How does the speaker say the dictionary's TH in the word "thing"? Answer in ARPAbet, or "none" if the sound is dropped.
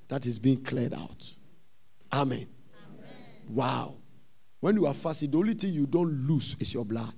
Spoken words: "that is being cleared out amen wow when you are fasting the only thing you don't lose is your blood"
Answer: T